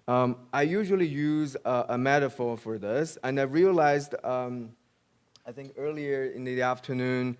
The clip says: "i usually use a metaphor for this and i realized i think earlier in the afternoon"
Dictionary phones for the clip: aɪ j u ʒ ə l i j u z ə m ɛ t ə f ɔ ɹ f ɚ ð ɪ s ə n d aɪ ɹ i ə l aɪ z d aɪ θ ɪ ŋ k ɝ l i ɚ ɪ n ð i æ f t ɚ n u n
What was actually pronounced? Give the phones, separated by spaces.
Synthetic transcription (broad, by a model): aɪ j u ʒ ə l i j u z ə m ɛ t ə f ɔ ɹ f ɚ ð ɪ s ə n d aɪ ɹ i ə l aɪ z d aɪ θ ɪ ŋ k ɝ l i ɚ ɪ n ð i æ f t ɚ n u n